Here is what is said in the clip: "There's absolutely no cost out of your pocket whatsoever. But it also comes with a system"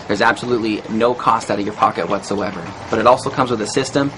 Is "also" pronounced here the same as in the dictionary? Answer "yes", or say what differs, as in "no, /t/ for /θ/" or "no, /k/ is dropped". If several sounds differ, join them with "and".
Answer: yes